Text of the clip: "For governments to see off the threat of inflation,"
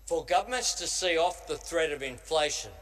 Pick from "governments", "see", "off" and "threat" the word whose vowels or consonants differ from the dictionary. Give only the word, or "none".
none